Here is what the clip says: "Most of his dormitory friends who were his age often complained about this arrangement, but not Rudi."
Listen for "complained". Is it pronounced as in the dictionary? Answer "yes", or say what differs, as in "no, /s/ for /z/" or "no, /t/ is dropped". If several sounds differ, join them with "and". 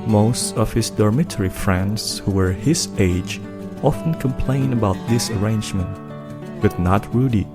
no, /d/ is dropped